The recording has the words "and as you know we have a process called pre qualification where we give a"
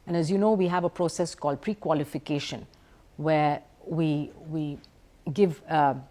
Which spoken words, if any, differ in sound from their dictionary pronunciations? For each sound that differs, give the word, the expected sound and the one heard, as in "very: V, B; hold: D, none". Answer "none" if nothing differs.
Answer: where: R, W